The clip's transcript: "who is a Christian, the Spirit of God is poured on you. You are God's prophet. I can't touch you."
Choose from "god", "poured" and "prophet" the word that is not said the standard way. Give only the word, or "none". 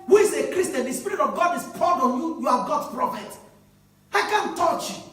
poured